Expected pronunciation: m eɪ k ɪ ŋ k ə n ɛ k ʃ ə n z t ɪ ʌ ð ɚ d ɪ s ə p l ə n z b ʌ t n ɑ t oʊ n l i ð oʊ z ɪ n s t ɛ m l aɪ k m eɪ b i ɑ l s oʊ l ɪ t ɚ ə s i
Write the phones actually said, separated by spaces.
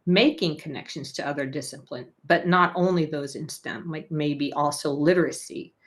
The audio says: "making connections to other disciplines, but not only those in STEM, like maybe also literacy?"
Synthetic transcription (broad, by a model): m eɪ k ɪ ŋ k ə n ɛ k ʃ ə n z t ɪ ʌ ð ɚ d ɪ s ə p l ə n b ʌ t n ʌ t oʊ n l i ð oʊ z ɪ n s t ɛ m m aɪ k m eɪ b i ɑ l s oʊ l ɪ t ɚ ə s i